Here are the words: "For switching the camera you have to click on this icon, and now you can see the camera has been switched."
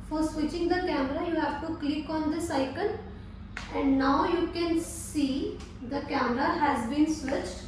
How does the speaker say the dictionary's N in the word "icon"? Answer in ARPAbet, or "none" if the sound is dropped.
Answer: L